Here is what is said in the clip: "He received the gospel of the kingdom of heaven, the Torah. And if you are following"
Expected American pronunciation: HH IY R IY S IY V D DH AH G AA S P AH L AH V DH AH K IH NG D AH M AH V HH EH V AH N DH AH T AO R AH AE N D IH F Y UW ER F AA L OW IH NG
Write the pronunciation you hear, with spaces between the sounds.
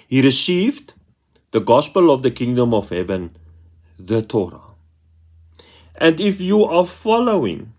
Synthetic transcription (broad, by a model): HH IY R IY S IY V D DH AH G AA S P AH L AH V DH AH K IH NG D AH M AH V HH EH V AH N DH AH T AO R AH AE N D IH F Y UW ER F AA L OW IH NG